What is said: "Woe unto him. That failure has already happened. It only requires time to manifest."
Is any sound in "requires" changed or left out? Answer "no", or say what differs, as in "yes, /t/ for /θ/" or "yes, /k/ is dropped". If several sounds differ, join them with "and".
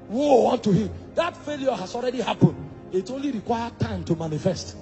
yes, /z/ is dropped